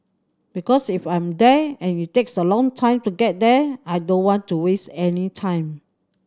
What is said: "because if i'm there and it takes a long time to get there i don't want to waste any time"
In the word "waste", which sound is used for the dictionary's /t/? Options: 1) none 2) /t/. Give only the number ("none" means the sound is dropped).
2